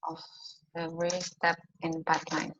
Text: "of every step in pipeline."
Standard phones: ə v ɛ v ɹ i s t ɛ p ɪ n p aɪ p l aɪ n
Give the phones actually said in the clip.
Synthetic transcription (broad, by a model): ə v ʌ ɹ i s t ɛ p ɪ n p aɪ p l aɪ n